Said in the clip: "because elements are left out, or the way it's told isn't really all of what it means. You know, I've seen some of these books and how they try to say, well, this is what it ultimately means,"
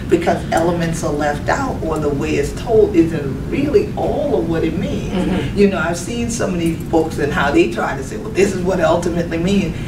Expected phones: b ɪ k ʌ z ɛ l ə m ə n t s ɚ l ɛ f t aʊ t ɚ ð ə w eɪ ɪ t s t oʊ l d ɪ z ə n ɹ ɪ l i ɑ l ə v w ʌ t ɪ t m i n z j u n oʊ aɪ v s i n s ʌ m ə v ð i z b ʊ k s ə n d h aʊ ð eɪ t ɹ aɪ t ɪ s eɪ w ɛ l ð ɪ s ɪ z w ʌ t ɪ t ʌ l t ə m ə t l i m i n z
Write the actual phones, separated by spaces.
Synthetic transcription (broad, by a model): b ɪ k ʌ z ɛ l ə m ə n t s ɚ l ɛ f t aʊ t ɚ ð ə w eɪ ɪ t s t oʊ l d ɪ z ə n ɹ ɪ l i ɑ l ə v w ʌ t ɪ t m i n z j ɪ n oʊ aɪ v s i n s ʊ m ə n i b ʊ k s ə n h aʊ ð eɪ t ɹ aɪ t ɪ s eɪ w ɛ l ð ɪ s ɪ z w ʌ t ɪ t ʌ l t ə m ə t l i m i n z